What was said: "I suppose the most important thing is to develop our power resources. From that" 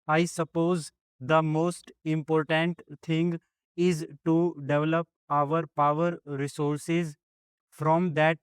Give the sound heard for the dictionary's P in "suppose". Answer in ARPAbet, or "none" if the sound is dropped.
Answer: P